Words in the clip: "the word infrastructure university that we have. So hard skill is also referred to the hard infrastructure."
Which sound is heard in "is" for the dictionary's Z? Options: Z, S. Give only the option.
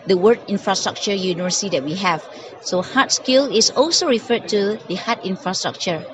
S